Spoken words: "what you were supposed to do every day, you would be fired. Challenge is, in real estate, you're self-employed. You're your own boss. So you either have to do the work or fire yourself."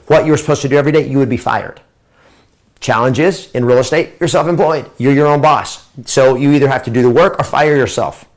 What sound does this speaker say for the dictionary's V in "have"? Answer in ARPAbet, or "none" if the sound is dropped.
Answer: F